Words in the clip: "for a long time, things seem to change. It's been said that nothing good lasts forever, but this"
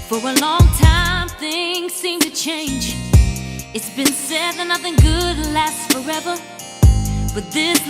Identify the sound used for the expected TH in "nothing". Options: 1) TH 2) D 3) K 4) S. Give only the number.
1